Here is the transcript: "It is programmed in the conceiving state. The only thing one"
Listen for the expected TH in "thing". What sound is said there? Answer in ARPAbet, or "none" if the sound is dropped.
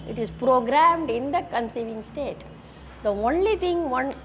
T